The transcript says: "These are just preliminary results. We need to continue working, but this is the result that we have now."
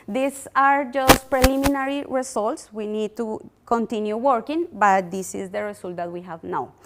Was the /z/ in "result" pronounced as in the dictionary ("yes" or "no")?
no